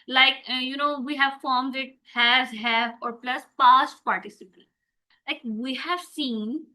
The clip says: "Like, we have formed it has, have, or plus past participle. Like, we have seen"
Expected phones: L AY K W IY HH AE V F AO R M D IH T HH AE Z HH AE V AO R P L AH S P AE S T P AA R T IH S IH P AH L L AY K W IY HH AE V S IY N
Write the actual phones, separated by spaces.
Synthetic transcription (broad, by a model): L AY K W IY HH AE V F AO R M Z IH T HH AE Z HH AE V AO R P L AH S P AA S T P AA R T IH S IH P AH N L AY K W IY HH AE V S IY N